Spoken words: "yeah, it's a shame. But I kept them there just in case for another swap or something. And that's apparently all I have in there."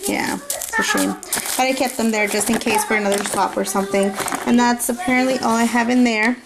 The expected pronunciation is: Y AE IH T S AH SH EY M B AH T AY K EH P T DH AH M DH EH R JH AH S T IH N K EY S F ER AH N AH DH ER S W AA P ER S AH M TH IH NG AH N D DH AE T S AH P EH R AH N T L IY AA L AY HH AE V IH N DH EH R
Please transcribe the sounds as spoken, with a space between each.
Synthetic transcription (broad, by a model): Y AE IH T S AH SH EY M B AH T AY K EH P T DH AH M DH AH R JH AH S T IH N K EY S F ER AH N AH DH ER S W AA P ER S AH M TH IH NG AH N DH AE T S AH P EH R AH N T L IY AA L AY HH AE V IH N DH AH R